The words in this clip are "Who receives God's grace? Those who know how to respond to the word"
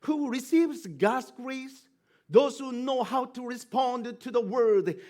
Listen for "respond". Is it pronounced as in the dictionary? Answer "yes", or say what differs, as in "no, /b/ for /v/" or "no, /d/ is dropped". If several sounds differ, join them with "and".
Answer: yes